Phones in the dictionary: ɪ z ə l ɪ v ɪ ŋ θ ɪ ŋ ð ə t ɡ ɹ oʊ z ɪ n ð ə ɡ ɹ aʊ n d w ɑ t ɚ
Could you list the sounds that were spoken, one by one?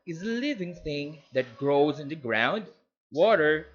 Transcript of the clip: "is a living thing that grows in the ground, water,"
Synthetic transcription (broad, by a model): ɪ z ə l ɪ v ɪ ŋ θ ɪ ŋ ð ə t ɡ ɹ oʊ z ɪ n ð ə ɡ ɹ aʊ n d w ɑ t ɚ